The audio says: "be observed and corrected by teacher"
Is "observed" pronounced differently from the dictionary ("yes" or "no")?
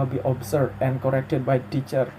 yes